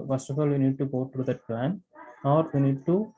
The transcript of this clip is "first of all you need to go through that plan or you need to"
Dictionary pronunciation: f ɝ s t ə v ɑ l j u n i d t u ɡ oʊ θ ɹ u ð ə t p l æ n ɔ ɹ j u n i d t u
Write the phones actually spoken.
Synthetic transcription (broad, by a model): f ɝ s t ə f ɑ l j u n i d t u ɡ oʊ t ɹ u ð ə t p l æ n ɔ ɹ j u n i d t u